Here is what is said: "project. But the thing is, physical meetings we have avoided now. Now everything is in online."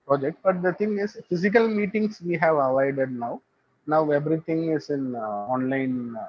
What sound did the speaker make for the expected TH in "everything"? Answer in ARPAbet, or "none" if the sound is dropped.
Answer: T